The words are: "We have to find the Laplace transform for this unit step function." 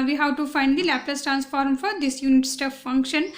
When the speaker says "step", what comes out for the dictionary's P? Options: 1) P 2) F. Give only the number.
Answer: 2